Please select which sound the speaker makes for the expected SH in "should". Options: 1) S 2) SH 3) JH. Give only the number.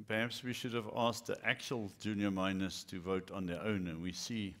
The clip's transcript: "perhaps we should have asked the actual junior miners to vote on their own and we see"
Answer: 2